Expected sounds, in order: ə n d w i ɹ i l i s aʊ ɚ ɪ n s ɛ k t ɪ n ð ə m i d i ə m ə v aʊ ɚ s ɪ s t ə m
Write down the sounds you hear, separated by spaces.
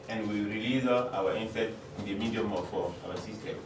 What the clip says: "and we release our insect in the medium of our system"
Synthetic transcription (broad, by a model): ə n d w i ɹ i l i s aʊ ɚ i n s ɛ t ɪ n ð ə m i d i ə m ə f aʊ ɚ s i s t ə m